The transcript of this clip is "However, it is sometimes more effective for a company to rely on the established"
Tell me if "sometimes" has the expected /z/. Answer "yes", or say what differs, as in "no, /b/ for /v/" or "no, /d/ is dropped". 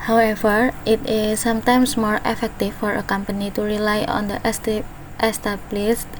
no, /s/ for /z/